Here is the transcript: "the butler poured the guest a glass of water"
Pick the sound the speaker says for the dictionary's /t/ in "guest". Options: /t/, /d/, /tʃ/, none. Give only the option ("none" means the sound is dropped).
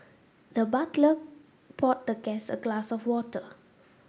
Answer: none